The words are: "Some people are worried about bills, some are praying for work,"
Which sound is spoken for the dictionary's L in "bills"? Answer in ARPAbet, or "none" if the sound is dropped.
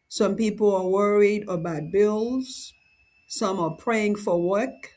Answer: L